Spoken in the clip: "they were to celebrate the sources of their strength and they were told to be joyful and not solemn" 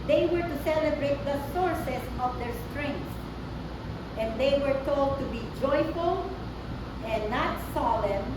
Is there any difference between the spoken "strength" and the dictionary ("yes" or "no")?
yes